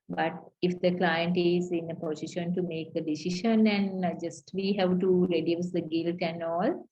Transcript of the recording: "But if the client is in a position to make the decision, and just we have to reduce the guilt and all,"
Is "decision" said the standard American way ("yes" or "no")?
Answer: no